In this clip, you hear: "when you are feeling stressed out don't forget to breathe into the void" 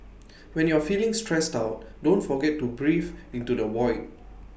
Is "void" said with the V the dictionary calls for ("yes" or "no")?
no